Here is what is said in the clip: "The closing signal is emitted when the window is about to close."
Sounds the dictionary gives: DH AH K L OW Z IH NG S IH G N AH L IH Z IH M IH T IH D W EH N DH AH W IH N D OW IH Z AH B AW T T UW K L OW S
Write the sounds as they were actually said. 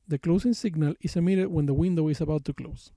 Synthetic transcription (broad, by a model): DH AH K L OW S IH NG S IH G N AH L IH S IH M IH T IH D W EH N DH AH W IH N D OW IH S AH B AW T T UW K L OW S